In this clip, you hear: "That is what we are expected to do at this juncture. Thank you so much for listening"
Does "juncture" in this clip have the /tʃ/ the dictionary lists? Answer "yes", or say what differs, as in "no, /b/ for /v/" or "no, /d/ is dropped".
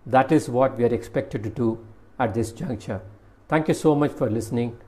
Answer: yes